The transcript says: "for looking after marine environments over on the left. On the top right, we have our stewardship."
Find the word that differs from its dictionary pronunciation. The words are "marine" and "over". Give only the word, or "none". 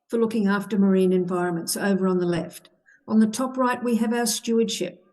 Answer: none